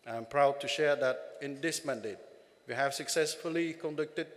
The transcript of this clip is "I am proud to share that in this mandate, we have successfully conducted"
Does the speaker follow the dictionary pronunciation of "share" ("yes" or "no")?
yes